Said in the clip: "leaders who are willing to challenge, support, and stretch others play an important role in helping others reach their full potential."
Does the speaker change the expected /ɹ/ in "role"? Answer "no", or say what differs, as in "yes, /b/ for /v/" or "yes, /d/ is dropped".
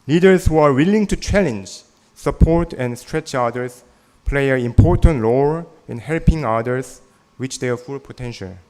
yes, /l/ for /ɹ/